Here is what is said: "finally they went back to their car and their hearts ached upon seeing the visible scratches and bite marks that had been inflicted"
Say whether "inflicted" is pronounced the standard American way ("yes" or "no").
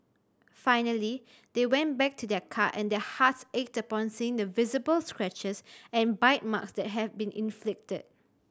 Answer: yes